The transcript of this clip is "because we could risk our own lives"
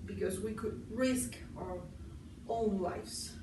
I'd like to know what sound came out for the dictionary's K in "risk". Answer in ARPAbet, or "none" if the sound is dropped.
K